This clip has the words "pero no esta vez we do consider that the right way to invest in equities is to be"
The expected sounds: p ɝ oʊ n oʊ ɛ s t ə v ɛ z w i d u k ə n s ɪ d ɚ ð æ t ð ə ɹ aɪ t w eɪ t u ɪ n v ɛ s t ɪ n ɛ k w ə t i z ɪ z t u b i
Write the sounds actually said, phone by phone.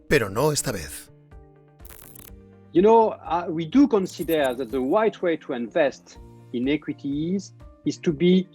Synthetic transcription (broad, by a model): p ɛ oʊ n oʊ ɛ s t ə b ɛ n w i d u k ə n s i d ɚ ð æ t ð ə w aɪ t w eɪ t u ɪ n v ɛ s t ɪ n ɛ k w ə t i z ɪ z t u b i